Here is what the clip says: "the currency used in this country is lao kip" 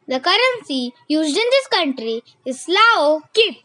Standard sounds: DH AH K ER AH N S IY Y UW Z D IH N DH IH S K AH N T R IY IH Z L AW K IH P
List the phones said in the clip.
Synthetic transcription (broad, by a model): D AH K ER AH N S IY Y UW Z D IH N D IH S K AH N T R IY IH S L AW K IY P